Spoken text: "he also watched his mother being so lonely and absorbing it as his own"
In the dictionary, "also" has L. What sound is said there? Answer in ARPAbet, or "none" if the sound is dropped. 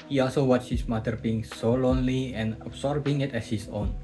L